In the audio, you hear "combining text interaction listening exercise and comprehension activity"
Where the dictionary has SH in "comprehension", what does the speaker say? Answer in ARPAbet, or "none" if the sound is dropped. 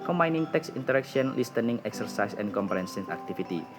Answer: S